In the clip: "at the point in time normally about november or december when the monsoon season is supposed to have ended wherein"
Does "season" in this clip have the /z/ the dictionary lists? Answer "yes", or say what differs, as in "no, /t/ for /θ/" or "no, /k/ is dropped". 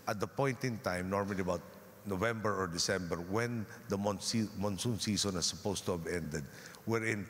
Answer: no, /s/ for /z/